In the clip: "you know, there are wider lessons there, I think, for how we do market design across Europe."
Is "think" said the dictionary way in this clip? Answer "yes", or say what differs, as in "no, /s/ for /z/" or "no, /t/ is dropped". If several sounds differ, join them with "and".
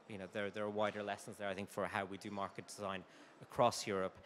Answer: yes